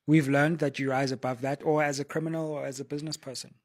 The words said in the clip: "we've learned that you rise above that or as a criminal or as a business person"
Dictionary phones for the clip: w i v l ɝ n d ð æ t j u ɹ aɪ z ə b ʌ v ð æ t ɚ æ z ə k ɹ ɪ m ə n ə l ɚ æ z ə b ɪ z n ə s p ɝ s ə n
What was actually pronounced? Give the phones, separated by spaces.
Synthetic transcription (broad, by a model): w i v l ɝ n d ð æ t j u ɹ aɪ z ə b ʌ v ð æ t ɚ æ z ə k ɹ ɪ m ə n ə l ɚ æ z ə b ɪ z n ə s p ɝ s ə n